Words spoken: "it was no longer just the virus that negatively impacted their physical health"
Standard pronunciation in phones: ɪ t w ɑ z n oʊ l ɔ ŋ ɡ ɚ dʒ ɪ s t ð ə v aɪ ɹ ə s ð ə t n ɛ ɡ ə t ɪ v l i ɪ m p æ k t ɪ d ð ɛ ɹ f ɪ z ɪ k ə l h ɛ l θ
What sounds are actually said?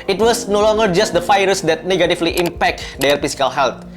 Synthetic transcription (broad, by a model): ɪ t w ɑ s n oʊ l ɔ ŋ ɡ ɚ dʒ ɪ s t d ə f aɪ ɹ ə s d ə t n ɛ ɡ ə t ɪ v l i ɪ m p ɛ k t d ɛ ɹ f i s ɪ k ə l h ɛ l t